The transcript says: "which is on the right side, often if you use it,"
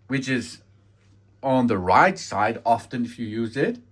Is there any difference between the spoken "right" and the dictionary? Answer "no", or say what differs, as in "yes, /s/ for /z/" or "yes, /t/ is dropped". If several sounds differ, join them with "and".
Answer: no